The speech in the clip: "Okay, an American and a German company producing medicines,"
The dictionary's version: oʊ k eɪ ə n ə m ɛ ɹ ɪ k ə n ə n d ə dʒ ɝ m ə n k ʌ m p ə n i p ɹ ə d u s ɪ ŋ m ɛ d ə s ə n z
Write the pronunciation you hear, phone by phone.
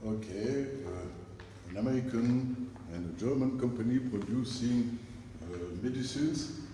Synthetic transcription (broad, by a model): oʊ k eɪ ə n ə m ɛ ɹ ɪ k ə n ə n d ə dʒ ɝ m ə n k ʌ m p ə n i p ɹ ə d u s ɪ ŋ m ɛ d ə s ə n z